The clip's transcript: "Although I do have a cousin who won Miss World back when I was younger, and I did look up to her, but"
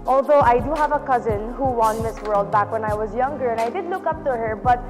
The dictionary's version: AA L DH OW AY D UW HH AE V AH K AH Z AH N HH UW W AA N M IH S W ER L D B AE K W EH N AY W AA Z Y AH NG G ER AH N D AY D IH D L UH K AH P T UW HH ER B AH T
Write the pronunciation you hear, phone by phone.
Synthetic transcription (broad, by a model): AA L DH OW AY D UW HH AE V AH K AH Z AH N HH UW W AA N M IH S W ER L D B AE K W EH N AY W AA Z Y AH NG G ER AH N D AY D IH D L UH K AH P T UW HH ER B AH T